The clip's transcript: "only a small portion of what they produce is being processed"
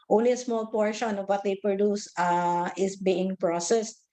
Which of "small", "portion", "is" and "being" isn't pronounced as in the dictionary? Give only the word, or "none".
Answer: is